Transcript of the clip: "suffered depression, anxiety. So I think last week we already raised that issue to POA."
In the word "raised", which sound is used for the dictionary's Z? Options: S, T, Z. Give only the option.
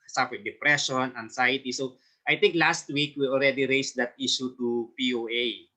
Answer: S